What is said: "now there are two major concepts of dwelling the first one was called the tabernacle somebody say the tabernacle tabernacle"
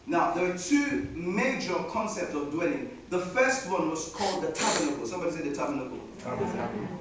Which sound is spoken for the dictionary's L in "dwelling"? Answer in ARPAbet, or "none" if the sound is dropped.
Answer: L